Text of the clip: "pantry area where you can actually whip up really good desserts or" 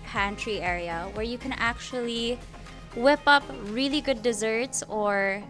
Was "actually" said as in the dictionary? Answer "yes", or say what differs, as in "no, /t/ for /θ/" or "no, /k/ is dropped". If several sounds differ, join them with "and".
yes